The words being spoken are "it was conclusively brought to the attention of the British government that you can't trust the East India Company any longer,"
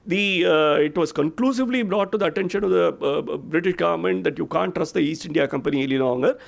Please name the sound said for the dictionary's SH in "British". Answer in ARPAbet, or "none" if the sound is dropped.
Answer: SH